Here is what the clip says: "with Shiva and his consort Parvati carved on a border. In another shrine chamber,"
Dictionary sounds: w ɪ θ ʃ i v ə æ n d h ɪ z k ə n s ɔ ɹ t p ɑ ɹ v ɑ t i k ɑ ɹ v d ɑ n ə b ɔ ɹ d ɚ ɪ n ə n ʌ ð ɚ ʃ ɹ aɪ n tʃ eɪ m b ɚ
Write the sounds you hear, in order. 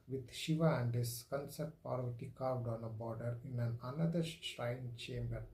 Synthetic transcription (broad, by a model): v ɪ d ʃ i v ə æ n d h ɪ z k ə n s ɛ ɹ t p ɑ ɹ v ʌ t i k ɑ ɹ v d ɑ n ə b ɔ ɹ d ɚ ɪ n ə n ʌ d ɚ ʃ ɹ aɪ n tʃ eɪ m b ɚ